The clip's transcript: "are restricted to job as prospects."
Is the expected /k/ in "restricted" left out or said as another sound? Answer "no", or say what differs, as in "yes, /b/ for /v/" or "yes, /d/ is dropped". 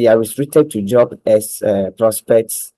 yes, /k/ is dropped